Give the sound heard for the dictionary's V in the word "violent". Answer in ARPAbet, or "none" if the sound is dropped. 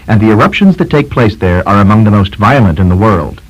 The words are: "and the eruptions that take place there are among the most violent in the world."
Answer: V